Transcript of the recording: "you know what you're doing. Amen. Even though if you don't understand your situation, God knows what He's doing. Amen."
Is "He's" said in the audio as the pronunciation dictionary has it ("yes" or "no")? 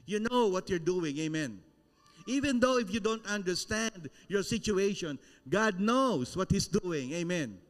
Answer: no